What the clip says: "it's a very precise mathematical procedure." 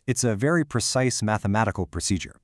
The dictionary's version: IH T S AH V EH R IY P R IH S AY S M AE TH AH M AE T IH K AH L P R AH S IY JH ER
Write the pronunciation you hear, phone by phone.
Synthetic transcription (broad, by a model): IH T S AH V EH R IY P R IH S AY S M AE TH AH M AE T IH K L P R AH S IY JH ER